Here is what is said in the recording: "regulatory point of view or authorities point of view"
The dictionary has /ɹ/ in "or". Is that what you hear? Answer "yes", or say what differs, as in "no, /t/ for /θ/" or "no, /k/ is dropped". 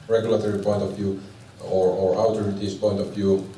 yes